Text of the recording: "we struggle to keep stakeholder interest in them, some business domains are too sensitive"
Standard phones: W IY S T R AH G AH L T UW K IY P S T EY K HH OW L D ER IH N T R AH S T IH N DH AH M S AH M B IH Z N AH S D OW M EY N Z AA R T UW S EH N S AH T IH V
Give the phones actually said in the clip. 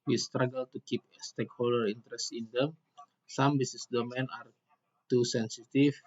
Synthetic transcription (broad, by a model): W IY S T R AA G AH L T UW K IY P S T EY K HH OW L D ER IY N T R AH S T IH N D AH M S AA M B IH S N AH S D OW M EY N AA R T UW S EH N S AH T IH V